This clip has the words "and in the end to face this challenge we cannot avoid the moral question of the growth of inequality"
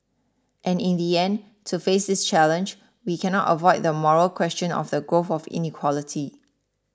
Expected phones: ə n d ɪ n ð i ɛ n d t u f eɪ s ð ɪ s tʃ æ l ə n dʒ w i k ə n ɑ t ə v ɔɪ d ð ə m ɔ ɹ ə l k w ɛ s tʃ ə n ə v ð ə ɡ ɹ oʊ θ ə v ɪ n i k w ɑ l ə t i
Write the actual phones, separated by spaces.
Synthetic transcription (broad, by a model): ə n ɪ n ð i ɛ n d t u f eɪ s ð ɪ s tʃ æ l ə n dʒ w i k ə n ɑ t ə v ɔɪ d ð ə m ɔ ɹ ə l k w ɛ s tʃ ə n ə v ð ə ɡ oʊ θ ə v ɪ n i k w ɑ l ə t i